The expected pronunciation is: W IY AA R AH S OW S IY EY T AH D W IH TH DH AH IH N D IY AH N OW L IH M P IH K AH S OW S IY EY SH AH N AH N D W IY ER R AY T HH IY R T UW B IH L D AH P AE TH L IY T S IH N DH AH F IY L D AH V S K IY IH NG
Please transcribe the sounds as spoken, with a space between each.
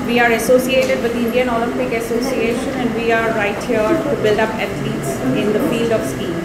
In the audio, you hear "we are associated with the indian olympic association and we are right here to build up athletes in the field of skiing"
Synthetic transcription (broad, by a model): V IY AA R AH S OW S IY EY T AH D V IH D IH N D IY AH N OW L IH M P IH K AH S OW S IY EY SH AH N AH N D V IY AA R AY T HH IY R T UW B IH L D AH P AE T L IY T S IH N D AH F IY L D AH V S K IY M